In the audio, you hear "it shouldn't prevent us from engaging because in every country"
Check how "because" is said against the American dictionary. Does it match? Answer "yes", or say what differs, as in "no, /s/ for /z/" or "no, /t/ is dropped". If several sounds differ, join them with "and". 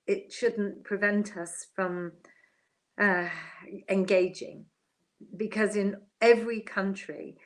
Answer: yes